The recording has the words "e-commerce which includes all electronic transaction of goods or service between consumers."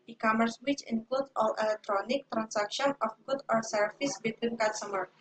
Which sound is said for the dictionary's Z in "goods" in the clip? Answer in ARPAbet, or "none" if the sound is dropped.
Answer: none